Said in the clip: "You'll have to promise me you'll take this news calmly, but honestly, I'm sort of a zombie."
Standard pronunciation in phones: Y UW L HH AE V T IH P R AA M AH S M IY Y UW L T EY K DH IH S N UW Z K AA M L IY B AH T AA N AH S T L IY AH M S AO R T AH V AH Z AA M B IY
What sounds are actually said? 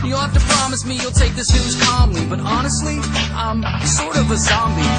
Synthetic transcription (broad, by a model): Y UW L HH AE F T IH P R AA M AH S M IY Y UW L T EY K DH IH S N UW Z K AA M L IY B AH T AA N AH S T L IY AH M S AO R T AH V AH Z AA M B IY